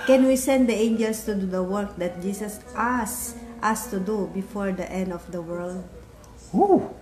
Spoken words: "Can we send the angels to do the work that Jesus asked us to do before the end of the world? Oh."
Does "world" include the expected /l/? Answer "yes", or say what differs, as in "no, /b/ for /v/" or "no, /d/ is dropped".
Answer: yes